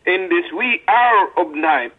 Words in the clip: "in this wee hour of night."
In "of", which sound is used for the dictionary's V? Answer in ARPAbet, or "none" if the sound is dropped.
B